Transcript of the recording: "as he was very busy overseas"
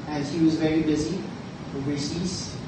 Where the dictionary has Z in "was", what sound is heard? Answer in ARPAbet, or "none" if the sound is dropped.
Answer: Z